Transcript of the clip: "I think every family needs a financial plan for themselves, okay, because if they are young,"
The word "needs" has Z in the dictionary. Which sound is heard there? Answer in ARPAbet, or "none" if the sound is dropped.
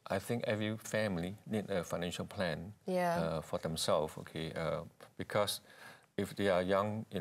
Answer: none